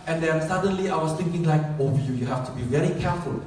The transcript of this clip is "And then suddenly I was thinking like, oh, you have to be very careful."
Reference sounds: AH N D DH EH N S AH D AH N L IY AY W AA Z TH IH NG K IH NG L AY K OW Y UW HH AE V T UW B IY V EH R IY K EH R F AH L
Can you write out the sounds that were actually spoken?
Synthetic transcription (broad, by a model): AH N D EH N S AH D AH N L IY AY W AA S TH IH NG K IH NG L AY K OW Y UW HH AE F T UW B IY V EH R IY K EH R F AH L